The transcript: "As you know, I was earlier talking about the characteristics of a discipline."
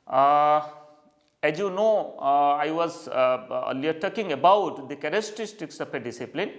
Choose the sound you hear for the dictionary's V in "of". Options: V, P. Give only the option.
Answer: P